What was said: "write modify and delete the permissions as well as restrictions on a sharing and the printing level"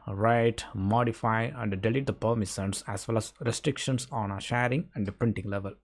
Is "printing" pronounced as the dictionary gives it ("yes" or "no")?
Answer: yes